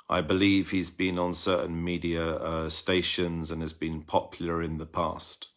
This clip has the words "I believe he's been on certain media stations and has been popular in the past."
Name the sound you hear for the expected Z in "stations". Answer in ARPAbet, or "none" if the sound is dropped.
Z